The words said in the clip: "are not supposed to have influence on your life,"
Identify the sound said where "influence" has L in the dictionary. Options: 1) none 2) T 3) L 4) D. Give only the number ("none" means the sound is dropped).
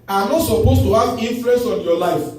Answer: 1